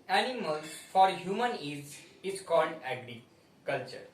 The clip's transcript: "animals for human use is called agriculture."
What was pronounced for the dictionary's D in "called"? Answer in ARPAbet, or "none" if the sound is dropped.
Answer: D